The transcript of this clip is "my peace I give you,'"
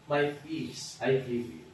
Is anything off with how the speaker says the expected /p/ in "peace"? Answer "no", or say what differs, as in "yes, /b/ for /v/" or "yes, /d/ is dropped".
yes, /f/ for /p/